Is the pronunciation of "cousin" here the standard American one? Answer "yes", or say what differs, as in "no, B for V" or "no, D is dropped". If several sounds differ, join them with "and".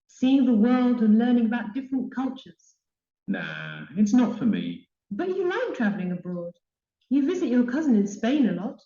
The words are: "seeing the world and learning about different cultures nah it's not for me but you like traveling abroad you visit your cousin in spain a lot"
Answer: yes